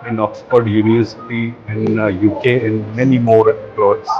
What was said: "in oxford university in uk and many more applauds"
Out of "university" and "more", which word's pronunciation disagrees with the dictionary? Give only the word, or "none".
university